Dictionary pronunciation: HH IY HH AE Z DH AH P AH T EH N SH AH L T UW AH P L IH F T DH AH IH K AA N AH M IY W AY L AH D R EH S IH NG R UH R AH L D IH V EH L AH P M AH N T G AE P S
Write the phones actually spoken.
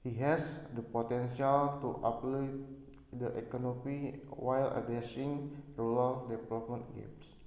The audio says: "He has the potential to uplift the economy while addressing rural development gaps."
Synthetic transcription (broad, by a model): HH IY HH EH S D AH P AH T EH N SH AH L T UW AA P L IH T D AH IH K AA N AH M IY W AY L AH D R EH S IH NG R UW L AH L D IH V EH L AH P M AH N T G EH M S